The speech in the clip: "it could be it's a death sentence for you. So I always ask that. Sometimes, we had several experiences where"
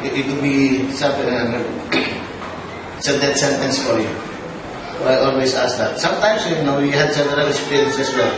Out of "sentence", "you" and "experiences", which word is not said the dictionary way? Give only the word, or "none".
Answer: experiences